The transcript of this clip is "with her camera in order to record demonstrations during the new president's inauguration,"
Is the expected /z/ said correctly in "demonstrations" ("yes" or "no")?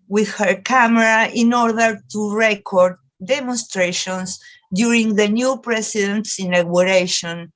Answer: no